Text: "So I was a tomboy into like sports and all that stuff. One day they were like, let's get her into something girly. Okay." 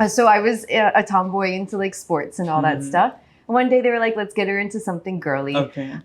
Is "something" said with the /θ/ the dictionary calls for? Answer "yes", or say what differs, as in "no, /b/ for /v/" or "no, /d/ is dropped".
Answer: yes